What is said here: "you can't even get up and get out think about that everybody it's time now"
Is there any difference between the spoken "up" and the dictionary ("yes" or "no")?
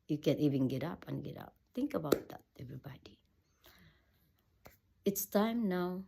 no